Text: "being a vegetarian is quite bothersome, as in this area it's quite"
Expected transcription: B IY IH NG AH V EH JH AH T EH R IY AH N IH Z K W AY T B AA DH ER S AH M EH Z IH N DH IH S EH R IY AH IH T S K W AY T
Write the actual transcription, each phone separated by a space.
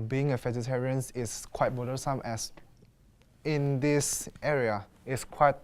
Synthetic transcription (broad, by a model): B IY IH NG AH F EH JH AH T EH R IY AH N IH S K W AY T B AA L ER S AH M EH S IH N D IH S EH R IY AH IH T S K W AY T